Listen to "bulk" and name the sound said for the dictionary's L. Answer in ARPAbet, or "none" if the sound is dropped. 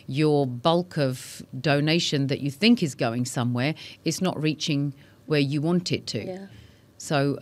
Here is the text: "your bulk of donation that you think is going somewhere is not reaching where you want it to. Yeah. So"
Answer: L